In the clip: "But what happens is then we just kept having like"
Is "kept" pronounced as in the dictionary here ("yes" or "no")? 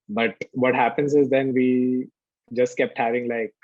yes